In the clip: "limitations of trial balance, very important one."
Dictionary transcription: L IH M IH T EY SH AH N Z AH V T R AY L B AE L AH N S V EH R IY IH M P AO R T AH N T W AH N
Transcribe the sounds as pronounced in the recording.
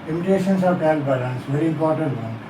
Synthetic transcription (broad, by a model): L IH M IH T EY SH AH N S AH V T AY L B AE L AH N S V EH R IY IH M P AO R T AH N T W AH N